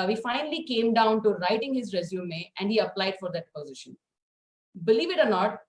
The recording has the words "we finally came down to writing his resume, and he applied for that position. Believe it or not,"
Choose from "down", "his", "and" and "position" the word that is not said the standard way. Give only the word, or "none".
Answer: none